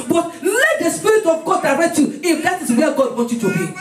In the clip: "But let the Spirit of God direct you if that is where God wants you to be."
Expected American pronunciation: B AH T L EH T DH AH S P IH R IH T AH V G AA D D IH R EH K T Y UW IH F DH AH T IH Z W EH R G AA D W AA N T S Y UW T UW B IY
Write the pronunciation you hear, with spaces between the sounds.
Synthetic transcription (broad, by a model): B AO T L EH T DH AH S P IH R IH T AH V G AA D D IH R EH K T Y UW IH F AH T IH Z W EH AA G AA D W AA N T Y UW T UW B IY